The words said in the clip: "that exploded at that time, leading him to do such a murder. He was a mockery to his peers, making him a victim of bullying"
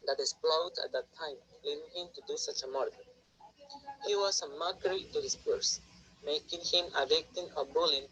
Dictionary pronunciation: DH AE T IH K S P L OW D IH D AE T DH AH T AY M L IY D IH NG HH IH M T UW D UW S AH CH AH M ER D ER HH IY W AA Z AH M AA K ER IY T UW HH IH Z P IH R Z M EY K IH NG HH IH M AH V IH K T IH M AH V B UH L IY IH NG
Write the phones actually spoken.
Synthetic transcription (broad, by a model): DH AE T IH S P L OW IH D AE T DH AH T AY M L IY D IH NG HH IH M T UW D UW S AH CH AH M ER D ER HH IY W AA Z AH M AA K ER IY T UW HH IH S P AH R S M EY K IH NG HH IH M AH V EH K T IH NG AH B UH L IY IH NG